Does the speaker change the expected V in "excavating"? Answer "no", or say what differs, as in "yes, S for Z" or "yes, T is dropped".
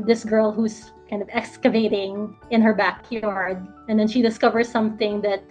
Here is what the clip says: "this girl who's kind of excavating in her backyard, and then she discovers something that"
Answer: no